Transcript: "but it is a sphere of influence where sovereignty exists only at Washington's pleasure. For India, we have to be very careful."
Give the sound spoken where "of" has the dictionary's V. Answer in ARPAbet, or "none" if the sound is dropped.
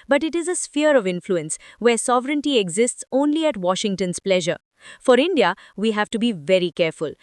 V